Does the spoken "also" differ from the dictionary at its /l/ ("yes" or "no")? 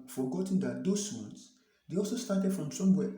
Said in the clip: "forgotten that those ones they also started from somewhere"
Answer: no